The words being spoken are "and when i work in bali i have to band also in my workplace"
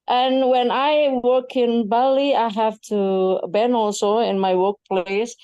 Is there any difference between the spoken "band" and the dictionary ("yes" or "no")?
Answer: yes